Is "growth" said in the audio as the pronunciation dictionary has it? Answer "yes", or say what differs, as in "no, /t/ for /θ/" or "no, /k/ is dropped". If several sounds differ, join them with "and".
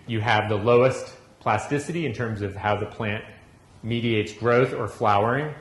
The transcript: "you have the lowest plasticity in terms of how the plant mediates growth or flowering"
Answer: yes